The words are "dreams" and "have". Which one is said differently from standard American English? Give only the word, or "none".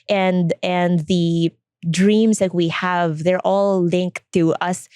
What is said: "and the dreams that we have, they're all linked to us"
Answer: dreams